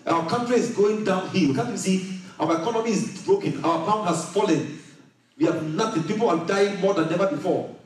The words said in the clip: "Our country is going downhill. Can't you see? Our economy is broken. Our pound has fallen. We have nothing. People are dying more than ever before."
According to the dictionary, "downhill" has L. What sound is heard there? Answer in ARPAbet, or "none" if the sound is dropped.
W